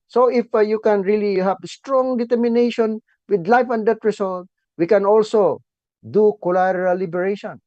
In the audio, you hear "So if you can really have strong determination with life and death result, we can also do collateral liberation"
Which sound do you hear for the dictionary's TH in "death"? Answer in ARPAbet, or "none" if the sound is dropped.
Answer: T